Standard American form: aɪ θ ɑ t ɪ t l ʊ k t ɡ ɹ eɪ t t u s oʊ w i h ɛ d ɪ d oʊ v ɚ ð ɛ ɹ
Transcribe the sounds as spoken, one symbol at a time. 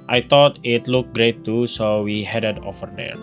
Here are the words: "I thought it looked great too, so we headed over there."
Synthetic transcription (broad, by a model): aɪ t ɑ t ɪ t l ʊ k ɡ ɹ eɪ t t u s oʊ w i h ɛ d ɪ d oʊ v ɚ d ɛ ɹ